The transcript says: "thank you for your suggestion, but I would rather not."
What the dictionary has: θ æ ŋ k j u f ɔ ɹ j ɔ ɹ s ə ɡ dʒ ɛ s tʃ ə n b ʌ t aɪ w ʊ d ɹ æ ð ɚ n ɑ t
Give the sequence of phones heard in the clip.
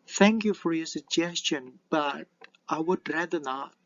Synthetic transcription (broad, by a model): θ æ ŋ k j u f ɔ ɹ j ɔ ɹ s ə ɡ dʒ ɛ s tʃ ə n b ʌ t aɪ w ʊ d ɹ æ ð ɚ n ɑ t